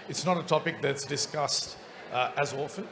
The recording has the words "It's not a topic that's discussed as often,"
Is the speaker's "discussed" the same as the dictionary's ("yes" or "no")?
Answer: yes